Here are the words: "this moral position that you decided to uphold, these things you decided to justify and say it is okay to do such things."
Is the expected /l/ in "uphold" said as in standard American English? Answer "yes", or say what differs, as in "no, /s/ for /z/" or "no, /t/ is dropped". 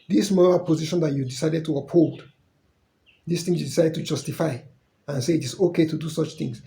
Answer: yes